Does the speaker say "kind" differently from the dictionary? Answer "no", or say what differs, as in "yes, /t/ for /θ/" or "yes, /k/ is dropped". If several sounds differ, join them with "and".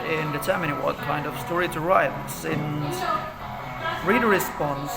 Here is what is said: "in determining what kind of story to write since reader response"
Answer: no